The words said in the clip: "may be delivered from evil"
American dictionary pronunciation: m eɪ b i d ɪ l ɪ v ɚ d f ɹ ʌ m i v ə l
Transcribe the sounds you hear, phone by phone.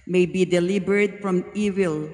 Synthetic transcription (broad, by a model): m eɪ b i d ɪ l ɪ b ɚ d f ɹ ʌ m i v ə l